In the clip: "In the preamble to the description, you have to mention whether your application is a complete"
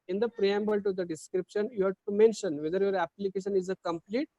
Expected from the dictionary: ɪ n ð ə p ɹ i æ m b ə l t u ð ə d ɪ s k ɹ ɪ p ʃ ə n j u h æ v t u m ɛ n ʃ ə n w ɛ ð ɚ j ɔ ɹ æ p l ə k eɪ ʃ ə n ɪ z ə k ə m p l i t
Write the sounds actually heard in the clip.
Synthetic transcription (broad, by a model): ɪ n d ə p ɹ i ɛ m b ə l t u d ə d ɪ s k ɹ ɪ p ʃ ə n j u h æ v t u m ɛ n ʃ ə n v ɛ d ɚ j ɔ ɹ æ p l ə k eɪ ʃ ə n ɪ z ə k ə m p l i t